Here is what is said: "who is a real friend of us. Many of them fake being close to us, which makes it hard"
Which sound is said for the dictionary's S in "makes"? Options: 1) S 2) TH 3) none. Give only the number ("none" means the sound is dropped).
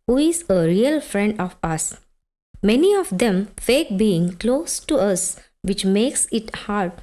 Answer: 1